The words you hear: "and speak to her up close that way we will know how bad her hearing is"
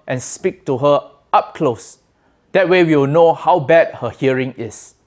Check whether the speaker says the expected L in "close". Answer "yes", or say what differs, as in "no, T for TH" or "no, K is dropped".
yes